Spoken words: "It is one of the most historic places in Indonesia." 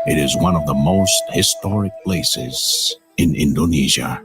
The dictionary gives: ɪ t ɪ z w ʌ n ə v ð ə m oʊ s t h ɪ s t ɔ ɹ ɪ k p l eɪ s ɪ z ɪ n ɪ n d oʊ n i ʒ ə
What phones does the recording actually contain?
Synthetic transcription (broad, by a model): ɪ t ɪ z w ʌ n ə v ð ə m oʊ s t h ɪ s t ɔ ɹ ɪ k p l eɪ s ɪ z ɪ n ɪ n d oʊ n i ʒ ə